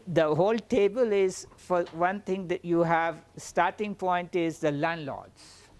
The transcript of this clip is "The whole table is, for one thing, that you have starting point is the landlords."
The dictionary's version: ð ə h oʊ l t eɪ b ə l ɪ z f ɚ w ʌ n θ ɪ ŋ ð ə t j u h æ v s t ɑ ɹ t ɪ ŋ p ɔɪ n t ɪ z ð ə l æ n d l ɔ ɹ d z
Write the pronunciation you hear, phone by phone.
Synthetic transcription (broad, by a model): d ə h oʊ l t eɪ b ə l ɪ z f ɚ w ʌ n t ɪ ŋ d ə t j u h æ v s t ɑ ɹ t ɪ ŋ p ɔɪ n t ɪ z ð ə l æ n d l ɔ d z